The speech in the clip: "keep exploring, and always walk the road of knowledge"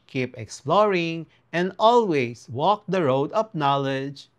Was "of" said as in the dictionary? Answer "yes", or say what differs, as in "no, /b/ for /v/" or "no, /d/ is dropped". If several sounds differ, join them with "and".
no, /p/ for /v/